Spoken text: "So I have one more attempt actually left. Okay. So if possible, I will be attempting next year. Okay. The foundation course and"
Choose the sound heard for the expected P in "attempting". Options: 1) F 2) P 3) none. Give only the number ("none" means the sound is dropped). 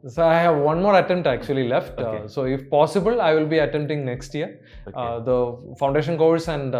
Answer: 3